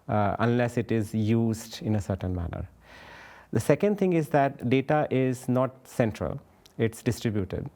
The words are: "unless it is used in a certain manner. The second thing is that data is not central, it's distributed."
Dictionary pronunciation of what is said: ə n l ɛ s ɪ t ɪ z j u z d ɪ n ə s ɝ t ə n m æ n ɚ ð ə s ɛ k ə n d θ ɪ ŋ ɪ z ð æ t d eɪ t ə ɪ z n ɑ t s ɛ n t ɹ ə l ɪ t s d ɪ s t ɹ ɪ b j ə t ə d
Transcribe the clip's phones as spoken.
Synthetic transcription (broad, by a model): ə n l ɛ s ɪ t ɪ z j u z d ɪ n ə s ɝ t ə n m æ n ɚ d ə s ɛ k ə n d t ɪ ŋ ɪ z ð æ t d eɪ t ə ɪ z n ɑ t s ɛ n t ɹ ə l ɪ t s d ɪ s t ɹ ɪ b j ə t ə d